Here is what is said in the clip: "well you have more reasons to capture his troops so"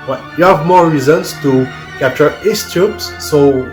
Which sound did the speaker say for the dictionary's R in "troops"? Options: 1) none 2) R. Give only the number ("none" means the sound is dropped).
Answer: 1